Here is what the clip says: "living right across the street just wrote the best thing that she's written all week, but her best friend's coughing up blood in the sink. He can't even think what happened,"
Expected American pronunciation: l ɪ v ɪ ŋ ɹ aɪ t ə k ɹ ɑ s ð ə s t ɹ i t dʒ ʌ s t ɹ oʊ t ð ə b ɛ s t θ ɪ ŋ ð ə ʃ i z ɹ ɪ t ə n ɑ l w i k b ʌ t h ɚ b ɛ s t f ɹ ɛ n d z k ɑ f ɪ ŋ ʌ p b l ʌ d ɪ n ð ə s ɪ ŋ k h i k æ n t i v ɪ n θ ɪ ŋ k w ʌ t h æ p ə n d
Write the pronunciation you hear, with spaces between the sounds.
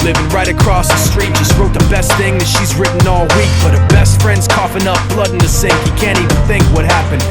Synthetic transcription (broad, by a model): l ɪ v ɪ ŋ ɹ aɪ t ə k ɹ ɑ s ð ə s t ɹ i t dʒ ʌ s t ɹ oʊ t ð ə b ɛ s t θ ɪ ŋ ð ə ʃ i z ɹ ɪ t n ɑ l w i k b ʌ t h ɚ b ɛ s t f ɹ ɛ n d z k ɑ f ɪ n ʌ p b l ʌ d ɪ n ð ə s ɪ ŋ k h i k æ n t i v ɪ n θ ɪ ŋ k w ʌ t h æ p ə n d